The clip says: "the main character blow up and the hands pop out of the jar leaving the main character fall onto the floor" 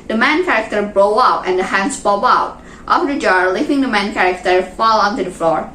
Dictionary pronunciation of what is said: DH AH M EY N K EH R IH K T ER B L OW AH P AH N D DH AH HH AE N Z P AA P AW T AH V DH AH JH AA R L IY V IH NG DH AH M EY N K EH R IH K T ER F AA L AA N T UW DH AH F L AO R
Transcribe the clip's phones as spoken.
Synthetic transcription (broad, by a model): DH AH M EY N K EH R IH K T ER B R OW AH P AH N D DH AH HH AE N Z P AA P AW T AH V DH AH JH AA R L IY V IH NG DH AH M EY N K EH R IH K T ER F AA L AA N T UW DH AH F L AO R